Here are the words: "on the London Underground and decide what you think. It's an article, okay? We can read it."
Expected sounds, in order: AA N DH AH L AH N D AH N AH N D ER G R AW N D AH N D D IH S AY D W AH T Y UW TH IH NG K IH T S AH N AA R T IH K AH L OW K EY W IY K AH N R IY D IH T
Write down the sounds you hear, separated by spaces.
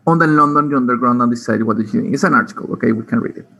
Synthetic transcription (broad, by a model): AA N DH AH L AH N D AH N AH N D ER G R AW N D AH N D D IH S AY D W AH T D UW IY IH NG IH T S AH N AA R T IH K AH L OW K EY W IY K AH N R IY D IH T